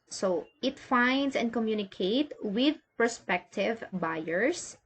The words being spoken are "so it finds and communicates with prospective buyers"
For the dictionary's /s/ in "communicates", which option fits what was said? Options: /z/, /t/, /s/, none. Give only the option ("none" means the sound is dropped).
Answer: none